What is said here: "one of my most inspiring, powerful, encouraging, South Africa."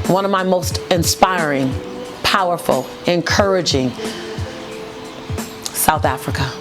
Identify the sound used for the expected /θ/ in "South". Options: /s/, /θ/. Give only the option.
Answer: /θ/